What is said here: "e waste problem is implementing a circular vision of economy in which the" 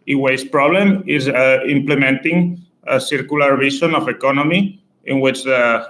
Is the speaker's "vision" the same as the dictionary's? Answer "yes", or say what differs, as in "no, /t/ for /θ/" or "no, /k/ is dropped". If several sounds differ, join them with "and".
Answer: no, /b/ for /v/